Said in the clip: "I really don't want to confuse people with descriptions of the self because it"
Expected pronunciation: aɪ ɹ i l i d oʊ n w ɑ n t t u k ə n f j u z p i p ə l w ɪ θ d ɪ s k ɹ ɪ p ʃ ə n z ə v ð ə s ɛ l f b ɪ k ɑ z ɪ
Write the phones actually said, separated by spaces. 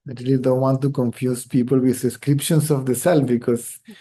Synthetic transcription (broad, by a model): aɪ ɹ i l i d oʊ n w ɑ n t t u k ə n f j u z p i p ə l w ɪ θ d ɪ s k ɹ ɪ p ʃ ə n s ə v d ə s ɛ l b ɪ k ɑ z